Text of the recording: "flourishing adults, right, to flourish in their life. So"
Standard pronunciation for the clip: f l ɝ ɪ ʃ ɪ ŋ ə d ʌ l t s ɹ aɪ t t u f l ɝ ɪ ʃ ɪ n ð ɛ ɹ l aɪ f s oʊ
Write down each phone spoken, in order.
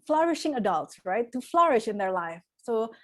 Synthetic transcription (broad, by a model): f l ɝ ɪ ʃ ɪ ŋ ə d ʌ l t s ɹ aɪ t t u f l ɝ ɪ ʃ ɪ n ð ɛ ɹ l aɪ f s oʊ